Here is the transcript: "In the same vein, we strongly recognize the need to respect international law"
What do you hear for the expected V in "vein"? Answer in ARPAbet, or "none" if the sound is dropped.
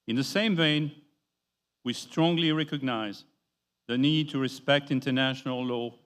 V